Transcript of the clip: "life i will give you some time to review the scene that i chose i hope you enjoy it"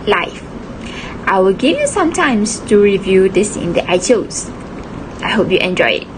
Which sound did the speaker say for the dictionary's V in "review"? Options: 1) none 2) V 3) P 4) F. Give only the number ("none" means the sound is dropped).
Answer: 2